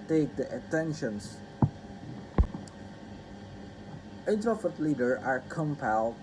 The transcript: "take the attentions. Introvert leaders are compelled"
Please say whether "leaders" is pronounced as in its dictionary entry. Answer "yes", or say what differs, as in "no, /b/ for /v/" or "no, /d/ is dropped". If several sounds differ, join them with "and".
no, /z/ is dropped